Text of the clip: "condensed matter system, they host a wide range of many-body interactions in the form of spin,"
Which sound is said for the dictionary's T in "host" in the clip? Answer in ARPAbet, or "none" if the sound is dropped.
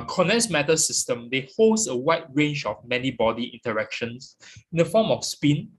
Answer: none